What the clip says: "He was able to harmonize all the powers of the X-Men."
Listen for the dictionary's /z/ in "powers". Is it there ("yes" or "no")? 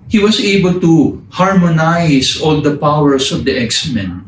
no